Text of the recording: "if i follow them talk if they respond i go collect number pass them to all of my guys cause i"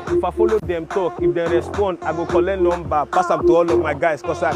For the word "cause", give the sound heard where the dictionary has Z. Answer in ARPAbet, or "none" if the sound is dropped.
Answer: S